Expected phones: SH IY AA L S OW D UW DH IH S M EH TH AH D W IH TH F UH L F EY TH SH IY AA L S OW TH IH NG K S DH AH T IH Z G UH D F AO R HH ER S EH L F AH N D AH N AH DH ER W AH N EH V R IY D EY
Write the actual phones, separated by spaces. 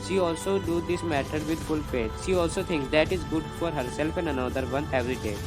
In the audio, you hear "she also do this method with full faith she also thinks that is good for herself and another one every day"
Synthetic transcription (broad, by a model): SH IY AA L S OW D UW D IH S M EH T AH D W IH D F UH L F EY T SH IY AA L S OW T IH NG K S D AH T IH Z G UH D F AO R HH ER S EH L F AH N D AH N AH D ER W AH N EH V R IY D EY